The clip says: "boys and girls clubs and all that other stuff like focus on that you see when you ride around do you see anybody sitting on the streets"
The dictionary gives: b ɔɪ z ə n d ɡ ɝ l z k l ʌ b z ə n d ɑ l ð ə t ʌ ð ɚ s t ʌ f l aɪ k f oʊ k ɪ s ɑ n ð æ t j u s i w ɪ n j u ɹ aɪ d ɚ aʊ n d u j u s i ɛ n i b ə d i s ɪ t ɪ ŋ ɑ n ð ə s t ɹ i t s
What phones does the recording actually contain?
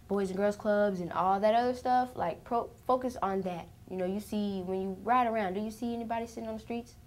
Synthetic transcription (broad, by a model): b ɔɪ z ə n ɡ ɝ l z k l ʌ b z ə n ɑ l ð ə t ʌ ð ɚ s t ʌ f l aɪ k f oʊ k ɪ s n ð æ t j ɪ s i w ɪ n j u ɹ aɪ d ɚ aʊ n d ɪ j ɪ s i ɛ n i b ə d i s ɪ t ɪ ŋ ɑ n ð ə s t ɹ i t s